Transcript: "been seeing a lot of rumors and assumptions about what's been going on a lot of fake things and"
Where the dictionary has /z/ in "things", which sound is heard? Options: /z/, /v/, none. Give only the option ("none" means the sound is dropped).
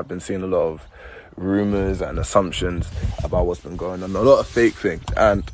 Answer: none